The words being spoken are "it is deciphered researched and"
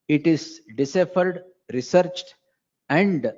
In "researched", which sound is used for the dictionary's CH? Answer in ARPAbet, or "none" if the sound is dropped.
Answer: CH